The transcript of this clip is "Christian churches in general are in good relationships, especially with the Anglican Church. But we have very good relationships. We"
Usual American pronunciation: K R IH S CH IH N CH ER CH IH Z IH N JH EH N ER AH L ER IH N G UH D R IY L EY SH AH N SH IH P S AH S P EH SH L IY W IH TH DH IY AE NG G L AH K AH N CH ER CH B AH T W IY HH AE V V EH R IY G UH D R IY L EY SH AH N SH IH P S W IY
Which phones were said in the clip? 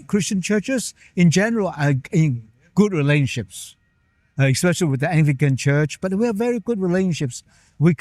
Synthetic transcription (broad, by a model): K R IH S CH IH N CH ER CH IH Z IH N JH EH N ER AH L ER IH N G UH D R IY L EY SH AH N SH IH P S AH S P EH SH L IY W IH DH IY AE NG G L AH K AH N CH ER CH B AH T W IY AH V V EH R IY G UH D R IY L EY SH AH N SH IH P S W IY